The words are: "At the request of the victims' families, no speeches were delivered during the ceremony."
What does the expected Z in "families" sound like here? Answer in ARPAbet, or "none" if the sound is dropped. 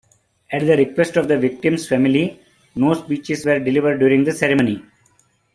none